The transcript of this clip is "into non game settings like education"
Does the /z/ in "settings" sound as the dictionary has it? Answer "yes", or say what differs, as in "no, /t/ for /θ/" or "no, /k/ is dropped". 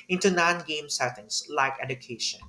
no, /s/ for /z/